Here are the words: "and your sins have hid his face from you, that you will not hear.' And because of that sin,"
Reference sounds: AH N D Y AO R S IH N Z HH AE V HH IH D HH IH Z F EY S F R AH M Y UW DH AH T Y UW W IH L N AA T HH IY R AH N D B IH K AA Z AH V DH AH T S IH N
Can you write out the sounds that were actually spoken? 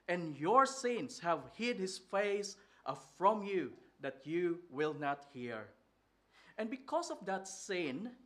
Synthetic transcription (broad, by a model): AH N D Y AO R S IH N S HH AE V HH IH D HH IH S F EY S F R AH M Y UW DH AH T Y UW W IH L N AA T HH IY R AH N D B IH K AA S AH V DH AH T S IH N